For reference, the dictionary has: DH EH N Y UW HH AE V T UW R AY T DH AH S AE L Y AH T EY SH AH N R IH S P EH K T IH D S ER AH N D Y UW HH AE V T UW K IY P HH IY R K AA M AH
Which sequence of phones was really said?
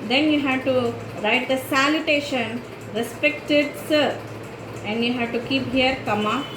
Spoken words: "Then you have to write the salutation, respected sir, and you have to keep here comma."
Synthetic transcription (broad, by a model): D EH N Y UW HH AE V T UW R AY T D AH S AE L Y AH T EY SH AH N R IH S P EH K T IH D S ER AH N D Y UW HH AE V T UW K IY P HH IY R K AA M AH